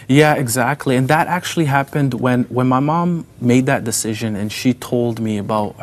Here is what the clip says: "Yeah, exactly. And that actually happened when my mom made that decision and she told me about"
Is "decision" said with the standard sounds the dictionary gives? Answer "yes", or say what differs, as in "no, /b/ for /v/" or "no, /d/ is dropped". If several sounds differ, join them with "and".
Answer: yes